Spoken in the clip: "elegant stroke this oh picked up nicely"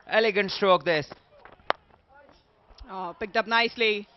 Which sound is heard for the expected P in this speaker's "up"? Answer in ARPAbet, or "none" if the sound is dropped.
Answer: P